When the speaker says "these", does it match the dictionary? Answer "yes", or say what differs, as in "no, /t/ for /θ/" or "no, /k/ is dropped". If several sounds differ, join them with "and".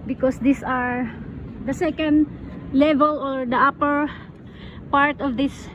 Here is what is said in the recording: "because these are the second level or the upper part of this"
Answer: no, /s/ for /z/